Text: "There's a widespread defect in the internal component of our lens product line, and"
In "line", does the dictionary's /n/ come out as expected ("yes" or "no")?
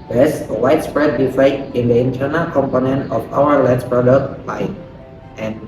no